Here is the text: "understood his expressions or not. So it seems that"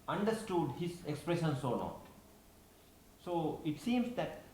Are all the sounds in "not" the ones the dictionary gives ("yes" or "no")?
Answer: no